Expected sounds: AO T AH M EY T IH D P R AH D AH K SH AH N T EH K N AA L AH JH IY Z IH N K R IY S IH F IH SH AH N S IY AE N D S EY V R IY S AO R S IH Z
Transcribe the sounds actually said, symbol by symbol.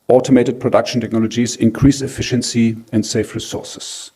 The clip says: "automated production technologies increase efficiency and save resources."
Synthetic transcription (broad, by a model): AO T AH M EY T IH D P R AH D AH K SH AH N T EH K N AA L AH JH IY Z IH N K R IY S IH F IH SH AH N S IY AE N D S EY F R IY S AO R S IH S